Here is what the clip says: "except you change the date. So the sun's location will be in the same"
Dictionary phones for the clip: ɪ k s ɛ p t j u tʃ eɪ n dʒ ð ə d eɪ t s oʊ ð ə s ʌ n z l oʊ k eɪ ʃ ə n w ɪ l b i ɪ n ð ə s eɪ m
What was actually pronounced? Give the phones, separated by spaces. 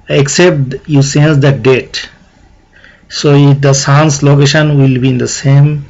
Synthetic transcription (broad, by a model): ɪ k s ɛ p t j u s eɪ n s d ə d eɪ t s oʊ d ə s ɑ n s l oʊ k eɪ ʃ ə n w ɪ l b i ɪ n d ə s eɪ m